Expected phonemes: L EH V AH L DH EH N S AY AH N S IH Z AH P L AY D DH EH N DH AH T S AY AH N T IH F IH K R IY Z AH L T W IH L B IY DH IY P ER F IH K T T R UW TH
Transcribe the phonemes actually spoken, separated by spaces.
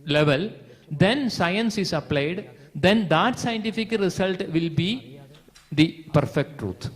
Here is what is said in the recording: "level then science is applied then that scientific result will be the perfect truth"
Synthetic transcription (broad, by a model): L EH V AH L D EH N S AY AH N S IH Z AH P L AY D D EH N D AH T S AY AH N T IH F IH K R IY S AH L T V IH L B IY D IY P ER F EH K T T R UW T